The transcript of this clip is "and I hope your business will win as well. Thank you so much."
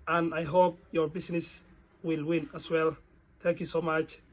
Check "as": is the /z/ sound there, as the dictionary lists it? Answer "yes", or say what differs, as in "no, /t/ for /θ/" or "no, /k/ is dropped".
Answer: no, /s/ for /z/